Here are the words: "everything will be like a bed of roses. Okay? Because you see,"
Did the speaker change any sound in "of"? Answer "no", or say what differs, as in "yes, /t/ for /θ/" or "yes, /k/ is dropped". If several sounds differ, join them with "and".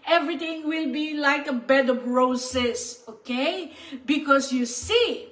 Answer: yes, /p/ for /v/